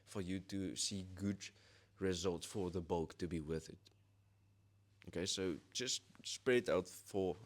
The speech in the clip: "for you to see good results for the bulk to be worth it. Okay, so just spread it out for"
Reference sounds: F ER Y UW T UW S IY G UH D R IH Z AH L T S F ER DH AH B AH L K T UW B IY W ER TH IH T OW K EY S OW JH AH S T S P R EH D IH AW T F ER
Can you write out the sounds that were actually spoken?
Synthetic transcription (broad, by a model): F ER Y UW T UW S IY G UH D R IH Z AH L T S F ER DH AH B AH L K T UW B IY W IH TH IH T OW K EY S OW JH AH S T S P R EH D IH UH T F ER